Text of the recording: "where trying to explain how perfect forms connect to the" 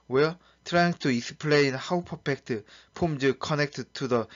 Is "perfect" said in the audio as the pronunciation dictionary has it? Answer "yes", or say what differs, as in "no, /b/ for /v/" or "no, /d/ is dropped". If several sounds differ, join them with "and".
no, /p/ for /f/